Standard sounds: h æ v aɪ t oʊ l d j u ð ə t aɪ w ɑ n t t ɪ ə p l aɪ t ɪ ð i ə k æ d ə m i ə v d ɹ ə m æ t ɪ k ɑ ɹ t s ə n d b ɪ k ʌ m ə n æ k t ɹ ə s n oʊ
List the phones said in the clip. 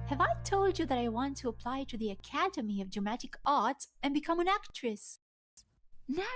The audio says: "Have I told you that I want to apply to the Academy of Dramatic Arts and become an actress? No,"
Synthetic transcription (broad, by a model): h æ v aɪ t oʊ l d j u ð ə t aɪ w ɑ n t t ɪ ə p l aɪ t ɪ ð i ə k æ d ə m i ə v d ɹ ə m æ t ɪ k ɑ ɹ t ə n b ɪ k ʌ m ə n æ k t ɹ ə s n